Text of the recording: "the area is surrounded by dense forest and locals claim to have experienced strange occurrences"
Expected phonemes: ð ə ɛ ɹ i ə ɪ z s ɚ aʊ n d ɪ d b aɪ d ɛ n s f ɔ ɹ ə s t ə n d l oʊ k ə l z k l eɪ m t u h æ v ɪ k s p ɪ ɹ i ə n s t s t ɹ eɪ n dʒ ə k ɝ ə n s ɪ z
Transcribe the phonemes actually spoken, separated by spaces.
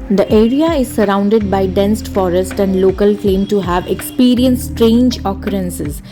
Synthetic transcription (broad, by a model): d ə ɛ ɹ i ə ɪ z s ɚ aʊ n d ɪ d b aɪ d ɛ n s f ɔ ɹ ə s t ə n d l oʊ k ə l k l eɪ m t u h æ v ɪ k s p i ɹ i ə n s s t ɹ eɪ n dʒ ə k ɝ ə n s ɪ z